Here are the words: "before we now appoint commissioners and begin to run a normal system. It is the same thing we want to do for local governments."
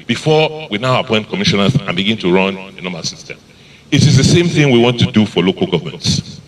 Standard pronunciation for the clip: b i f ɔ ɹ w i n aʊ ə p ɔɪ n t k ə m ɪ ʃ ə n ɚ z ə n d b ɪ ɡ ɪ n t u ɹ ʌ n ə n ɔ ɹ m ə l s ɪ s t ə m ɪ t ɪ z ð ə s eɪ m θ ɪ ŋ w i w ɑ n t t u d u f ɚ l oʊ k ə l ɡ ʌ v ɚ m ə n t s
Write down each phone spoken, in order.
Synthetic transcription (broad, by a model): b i f ɔ w i n aʊ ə p ɔɪ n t k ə m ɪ ʃ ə n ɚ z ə n b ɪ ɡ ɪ n t u ɹ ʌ n ə n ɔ m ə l s ɪ s t ə m ɪ t ɪ z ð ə s eɪ m θ ɪ ŋ w i w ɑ n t t u d u f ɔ l oʊ k ə l ɡ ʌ v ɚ m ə n t s